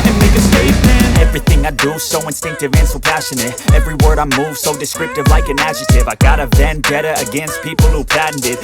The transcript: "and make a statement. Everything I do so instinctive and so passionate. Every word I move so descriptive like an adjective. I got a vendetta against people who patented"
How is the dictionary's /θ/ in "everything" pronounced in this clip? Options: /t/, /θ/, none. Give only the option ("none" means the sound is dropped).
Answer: /θ/